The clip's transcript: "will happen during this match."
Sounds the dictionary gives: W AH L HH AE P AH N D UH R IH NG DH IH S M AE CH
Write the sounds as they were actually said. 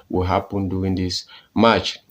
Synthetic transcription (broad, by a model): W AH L HH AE P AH N D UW IH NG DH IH S M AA CH